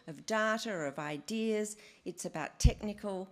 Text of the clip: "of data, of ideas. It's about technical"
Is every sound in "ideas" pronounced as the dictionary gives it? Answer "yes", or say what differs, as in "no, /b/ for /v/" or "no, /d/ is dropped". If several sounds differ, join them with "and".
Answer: yes